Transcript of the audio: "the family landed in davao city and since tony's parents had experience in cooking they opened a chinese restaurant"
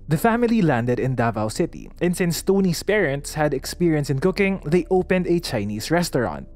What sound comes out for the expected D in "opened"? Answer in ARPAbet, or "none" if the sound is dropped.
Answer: D